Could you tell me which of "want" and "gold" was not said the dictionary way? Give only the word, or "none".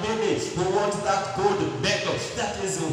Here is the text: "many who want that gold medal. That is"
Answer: gold